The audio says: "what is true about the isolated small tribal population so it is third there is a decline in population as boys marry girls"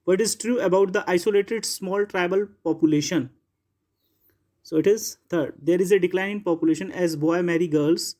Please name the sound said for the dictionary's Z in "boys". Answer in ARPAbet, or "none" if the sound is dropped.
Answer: none